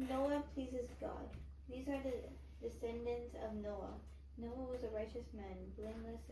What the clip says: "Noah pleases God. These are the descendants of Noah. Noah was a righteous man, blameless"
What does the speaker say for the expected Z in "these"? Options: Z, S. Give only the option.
Z